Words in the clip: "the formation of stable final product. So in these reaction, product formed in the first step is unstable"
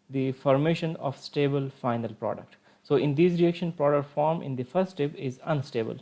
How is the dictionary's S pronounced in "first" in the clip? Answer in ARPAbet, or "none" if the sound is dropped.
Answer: none